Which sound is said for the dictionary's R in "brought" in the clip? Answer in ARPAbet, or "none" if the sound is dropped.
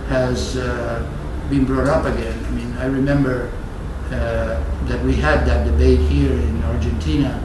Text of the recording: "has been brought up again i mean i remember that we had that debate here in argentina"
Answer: R